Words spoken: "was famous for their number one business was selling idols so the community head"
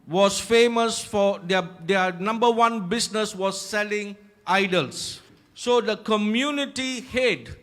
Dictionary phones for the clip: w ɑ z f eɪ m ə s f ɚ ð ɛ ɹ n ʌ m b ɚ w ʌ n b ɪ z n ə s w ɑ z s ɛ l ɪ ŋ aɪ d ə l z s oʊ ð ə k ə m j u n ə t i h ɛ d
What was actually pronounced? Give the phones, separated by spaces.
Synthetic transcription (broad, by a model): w ɑ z f eɪ m ə s f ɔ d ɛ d n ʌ m b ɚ w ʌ n b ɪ s n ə s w ɑ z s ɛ l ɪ ŋ aɪ d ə l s s oʊ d ə k ə m j u n ə t i h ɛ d